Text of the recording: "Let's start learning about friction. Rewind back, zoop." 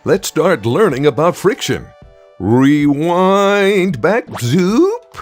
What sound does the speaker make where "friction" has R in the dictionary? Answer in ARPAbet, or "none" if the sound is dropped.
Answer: R